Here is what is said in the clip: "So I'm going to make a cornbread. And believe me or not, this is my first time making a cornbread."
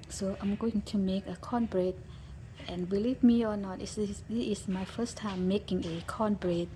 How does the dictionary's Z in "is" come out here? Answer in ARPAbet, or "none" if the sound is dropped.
S